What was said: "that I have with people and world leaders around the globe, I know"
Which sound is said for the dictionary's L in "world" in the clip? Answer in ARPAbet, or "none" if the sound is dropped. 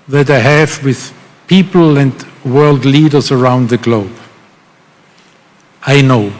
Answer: L